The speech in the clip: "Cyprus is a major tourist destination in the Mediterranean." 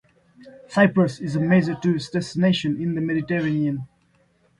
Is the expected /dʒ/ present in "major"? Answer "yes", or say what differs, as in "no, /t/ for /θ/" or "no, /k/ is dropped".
no, /z/ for /dʒ/